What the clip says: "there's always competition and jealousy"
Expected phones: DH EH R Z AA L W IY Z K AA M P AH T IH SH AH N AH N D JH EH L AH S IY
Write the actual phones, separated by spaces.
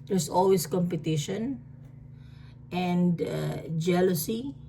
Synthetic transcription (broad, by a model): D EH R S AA L W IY S K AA M P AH T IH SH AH N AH N D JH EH L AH S IY